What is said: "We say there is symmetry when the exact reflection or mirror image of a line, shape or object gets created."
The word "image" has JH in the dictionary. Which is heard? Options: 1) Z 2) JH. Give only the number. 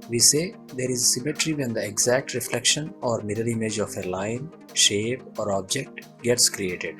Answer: 2